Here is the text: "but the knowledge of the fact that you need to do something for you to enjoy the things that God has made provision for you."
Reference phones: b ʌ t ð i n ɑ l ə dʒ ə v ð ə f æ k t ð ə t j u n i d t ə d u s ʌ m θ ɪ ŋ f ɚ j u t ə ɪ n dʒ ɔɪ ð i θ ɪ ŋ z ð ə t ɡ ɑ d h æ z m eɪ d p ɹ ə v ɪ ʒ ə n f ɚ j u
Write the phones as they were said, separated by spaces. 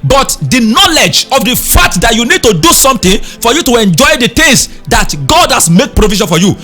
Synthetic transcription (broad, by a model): b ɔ t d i n ɑ l ə dʒ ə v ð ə f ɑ k t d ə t j u n i d t ə d u s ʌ m t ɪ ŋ f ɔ j u t ə ɪ n dʒ ɔɪ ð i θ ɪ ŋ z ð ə t ɡ ɑ d h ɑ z m eɪ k p ɹ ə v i ʃ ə n f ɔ j u